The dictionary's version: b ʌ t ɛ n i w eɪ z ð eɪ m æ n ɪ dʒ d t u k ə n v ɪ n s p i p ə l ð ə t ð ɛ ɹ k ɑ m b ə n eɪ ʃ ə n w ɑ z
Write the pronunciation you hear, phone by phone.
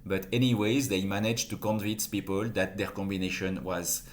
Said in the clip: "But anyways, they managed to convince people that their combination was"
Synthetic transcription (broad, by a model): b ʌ t ɛ n i w eɪ z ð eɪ m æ n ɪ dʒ t u k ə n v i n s p i p ə l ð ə t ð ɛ ɹ k ɑ m b ə n eɪ ʃ ə n w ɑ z